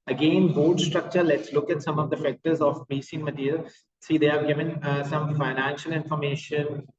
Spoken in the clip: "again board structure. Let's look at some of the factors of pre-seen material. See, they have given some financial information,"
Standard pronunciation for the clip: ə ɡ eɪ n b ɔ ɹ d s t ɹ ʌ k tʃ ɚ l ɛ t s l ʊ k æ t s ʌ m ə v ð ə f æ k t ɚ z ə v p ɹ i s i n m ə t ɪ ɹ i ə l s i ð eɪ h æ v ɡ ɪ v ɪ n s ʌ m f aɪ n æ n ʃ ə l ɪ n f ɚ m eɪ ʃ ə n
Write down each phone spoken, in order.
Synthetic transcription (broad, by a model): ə ɡ eɪ n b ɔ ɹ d s t ɹ ʌ k tʃ ɚ l ɛ t s l ʊ k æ t s ʌ m ə v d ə f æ k t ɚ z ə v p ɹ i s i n m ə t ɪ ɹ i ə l s i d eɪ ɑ ɡ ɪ v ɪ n s ʌ m f aɪ n æ n ʃ ə l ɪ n f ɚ m eɪ ʃ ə n